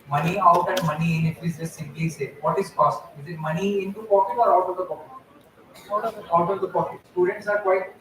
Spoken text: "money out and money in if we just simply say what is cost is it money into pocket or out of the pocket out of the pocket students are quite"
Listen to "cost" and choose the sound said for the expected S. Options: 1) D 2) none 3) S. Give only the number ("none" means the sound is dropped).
3